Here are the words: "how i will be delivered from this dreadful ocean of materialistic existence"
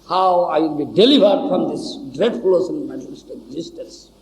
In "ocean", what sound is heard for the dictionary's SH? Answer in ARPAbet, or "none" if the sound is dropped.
S